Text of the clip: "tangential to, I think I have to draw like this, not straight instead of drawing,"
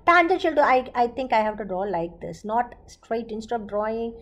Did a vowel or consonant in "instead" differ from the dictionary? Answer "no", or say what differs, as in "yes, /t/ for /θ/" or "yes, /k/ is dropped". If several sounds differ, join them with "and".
yes, /d/ is dropped